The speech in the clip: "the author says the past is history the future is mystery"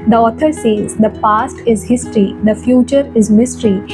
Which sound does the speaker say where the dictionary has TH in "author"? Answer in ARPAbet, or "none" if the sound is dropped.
T